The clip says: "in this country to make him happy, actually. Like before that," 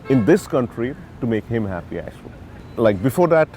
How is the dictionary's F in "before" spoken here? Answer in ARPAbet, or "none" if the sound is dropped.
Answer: F